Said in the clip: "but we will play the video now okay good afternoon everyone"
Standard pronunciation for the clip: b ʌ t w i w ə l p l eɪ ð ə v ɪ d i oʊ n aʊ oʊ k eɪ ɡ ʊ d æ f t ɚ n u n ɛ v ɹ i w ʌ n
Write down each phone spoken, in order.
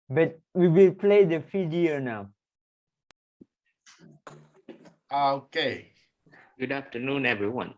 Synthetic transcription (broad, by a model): b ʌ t w i w ə l p l eɪ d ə f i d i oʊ n aʊ oʊ k eɪ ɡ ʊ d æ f t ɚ n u n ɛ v ɹ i w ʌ n